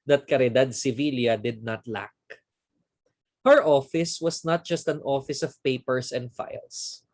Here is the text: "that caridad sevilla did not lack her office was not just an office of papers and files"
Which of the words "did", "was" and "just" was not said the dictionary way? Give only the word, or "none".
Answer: was